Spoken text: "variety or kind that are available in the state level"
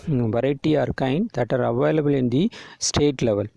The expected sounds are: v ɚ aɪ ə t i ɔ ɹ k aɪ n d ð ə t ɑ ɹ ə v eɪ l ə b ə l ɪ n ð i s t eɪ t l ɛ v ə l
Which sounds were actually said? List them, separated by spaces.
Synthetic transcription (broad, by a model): v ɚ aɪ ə t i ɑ ɹ k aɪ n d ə t ɑ ɹ ə v eɪ l ə b ə l ɪ n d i s t eɪ t l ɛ v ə l